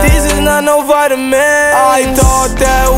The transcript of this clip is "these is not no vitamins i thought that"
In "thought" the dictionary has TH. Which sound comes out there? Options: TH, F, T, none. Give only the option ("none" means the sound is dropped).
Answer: T